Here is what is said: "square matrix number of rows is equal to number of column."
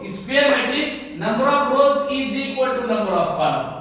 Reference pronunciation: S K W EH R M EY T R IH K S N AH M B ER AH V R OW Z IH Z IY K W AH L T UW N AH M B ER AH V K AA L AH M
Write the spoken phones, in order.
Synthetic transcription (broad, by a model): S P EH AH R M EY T IH S N AH M B ER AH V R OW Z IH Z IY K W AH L T UW N AH M B ER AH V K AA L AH